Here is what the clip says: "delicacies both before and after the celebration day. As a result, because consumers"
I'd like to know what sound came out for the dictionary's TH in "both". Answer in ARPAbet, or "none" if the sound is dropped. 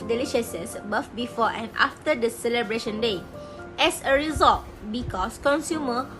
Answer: F